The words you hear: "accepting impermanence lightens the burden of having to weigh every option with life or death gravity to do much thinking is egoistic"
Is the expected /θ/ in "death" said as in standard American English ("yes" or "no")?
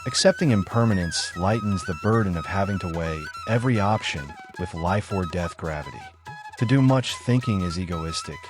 yes